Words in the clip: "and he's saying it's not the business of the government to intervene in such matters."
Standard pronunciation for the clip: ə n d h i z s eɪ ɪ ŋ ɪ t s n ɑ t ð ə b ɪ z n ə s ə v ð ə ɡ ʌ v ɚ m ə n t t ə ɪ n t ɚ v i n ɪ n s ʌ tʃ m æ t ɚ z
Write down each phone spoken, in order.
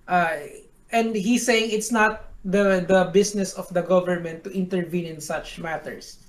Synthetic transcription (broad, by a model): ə n d h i s eɪ ɪ ŋ ɪ t s n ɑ t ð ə b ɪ s n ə s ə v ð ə ɡ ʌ v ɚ m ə n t t ə ɪ n t ɚ v i n ɪ n s ʌ tʃ m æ t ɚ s